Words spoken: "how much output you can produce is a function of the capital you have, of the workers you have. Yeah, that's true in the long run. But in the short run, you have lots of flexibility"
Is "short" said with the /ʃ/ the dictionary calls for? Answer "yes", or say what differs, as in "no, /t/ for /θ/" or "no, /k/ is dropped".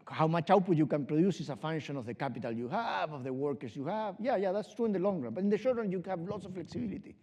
yes